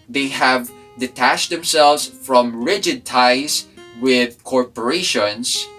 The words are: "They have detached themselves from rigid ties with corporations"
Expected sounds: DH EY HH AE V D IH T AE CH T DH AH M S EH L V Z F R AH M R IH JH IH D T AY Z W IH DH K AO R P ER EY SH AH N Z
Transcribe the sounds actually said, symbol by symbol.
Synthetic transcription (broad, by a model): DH EY HH AE V D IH T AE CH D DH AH M S EH L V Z F R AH M R IH JH IH D T AY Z W IH DH K AO R P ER EY SH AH N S